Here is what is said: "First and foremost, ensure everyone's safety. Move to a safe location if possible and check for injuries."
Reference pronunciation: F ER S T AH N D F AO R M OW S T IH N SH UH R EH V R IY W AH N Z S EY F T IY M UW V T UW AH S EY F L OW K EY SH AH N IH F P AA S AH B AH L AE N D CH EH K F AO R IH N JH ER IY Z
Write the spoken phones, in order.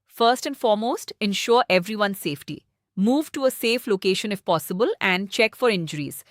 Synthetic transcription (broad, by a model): F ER S T AH N D F AO R M OW S T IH N SH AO R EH V R IY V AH N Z S EY F T IY M UW V T UW AH S EY F L OW K EY SH AH N IH F P AA S AH B AH L AE N D CH EH K F AO R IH N JH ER IY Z